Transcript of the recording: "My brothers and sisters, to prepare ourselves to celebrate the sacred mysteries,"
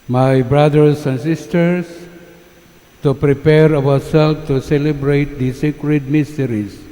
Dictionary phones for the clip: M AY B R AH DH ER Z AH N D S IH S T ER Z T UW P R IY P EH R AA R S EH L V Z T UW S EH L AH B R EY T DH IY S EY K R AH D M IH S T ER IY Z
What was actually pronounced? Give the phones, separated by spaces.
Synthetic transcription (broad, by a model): M AY B R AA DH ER S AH N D S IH S T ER S T UW P R IY P EH R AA W S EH L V T UW S EH L AH B R EY T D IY S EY K R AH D M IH S T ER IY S